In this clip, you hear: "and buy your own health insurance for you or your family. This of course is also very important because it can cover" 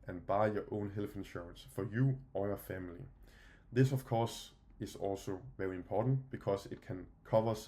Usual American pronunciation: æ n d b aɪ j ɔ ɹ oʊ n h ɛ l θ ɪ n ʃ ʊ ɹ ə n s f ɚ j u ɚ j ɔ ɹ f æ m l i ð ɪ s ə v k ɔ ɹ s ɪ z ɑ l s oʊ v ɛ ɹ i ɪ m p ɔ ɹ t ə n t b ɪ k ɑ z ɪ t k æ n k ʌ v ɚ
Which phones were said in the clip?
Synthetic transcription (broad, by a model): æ n b aɪ j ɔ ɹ oʊ n h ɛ l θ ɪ n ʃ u ɹ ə n s f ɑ j u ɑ j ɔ f æ m l i ð ɪ s ə v k ɔ s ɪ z ɑ l s oʊ v ɛ ɹ i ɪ m p ɔ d n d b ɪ k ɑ s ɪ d k æ n k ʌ v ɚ